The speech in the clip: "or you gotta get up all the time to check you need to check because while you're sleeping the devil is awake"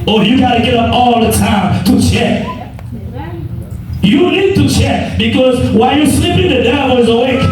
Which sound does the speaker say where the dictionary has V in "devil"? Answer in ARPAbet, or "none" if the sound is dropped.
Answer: none